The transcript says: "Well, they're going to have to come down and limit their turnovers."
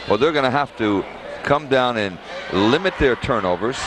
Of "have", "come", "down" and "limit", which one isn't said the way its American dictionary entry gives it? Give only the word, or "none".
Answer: have